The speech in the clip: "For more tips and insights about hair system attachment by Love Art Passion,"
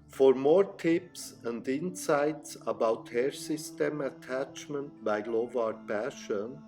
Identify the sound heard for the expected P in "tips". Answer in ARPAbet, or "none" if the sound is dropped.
P